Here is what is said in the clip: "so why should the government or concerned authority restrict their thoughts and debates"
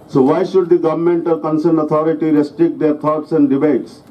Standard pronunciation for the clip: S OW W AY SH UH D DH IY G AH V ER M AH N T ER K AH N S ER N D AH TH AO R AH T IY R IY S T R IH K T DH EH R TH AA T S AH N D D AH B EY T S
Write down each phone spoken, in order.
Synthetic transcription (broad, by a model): S OW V AY SH UH D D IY G AH V ER M AH N T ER K AH N S ER N D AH T AO R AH T IY R IY S T R IH K T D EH R T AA T S AH N D D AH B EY T S